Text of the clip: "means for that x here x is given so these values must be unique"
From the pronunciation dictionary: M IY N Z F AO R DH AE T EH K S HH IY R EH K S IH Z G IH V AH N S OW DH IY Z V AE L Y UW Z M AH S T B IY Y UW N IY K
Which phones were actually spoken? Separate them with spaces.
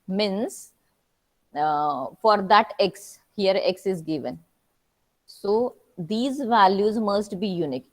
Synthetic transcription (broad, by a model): M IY N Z F AO R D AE T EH K S HH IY R EH K S IH Z G IH V AH N S OW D IY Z V AE L Y UW Z M AH S T B IY Y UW N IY K